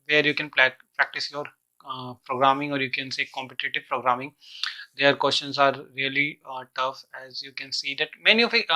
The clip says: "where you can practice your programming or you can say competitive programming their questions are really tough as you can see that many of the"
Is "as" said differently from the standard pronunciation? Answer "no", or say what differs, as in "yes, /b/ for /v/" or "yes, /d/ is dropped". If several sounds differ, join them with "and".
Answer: no